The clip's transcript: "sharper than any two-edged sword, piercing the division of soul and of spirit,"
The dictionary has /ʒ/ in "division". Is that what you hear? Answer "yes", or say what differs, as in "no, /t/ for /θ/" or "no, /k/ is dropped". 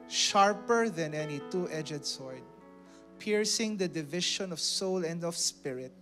no, /ʃ/ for /ʒ/